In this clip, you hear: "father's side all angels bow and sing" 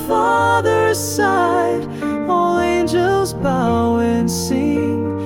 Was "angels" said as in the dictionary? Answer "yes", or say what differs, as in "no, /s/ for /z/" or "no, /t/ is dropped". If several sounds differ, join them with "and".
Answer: yes